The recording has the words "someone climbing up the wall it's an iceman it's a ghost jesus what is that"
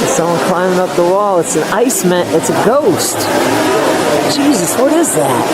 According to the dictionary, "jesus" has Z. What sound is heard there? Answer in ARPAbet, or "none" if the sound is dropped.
Z